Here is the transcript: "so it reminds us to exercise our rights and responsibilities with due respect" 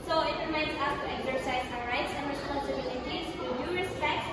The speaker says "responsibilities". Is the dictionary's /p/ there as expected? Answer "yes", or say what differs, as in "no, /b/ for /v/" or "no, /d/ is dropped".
no, /p/ is dropped